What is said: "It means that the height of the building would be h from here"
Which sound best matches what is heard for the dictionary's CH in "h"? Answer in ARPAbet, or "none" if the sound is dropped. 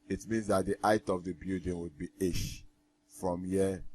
SH